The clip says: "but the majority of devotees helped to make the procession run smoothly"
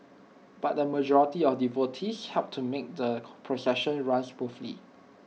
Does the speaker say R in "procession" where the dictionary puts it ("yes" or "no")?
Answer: yes